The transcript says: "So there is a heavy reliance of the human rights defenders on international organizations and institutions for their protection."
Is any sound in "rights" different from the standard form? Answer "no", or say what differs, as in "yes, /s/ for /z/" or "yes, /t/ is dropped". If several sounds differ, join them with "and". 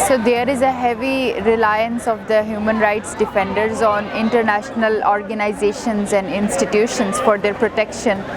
no